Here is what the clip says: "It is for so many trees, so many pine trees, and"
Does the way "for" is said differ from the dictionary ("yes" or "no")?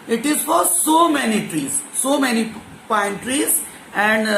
no